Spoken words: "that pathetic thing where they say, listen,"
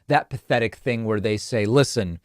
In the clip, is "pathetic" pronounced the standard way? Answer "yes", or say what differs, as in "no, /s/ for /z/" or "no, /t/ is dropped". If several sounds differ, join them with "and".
yes